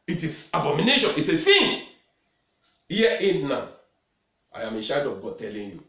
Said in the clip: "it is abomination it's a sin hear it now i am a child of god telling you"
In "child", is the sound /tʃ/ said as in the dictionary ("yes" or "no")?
no